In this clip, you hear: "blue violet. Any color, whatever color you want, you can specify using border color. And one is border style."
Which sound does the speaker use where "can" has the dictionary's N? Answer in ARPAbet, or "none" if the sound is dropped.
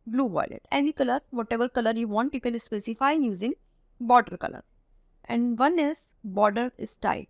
L